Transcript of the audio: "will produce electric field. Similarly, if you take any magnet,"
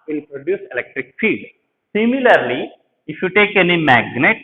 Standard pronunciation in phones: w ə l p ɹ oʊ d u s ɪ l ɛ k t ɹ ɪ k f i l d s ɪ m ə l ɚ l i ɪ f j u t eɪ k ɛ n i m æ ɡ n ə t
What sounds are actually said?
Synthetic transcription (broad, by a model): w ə l p ɹ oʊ d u s ɪ l ɛ k t ɹ ɪ k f i d s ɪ m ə l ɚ l i ɪ f j u t eɪ k ɛ n i m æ ɡ n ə t